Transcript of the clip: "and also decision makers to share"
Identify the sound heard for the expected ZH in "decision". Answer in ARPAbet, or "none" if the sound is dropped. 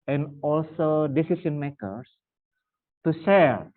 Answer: S